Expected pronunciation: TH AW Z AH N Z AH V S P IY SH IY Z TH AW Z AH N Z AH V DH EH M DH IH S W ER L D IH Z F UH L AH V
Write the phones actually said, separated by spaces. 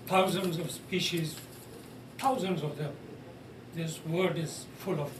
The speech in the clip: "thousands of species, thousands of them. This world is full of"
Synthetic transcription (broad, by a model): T AW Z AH N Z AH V S P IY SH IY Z T AW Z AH N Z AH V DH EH M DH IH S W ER D IH Z F UH L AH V